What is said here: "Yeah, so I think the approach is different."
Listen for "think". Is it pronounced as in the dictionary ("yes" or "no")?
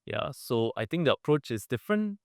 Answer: no